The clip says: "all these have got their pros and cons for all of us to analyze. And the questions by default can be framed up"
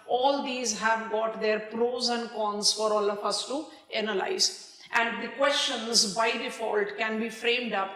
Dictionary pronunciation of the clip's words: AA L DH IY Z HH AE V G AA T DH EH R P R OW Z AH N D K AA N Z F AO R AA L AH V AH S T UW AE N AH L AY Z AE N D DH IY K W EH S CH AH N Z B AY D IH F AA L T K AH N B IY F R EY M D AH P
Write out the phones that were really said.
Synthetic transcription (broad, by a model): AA L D IY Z HH AE V G AA T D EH R P R OW Z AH N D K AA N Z F AO R AA L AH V AH S T UW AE N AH L AY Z AE N D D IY K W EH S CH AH N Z B AY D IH F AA L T K AH N B IY F R EY M D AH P